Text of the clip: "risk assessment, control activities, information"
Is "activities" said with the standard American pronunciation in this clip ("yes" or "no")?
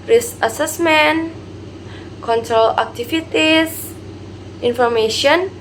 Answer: no